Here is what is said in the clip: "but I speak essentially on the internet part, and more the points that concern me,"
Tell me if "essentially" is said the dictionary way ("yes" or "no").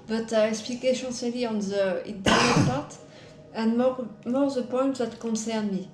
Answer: no